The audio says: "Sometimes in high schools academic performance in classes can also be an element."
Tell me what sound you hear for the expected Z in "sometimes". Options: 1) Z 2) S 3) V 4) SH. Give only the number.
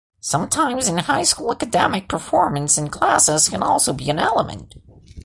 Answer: 1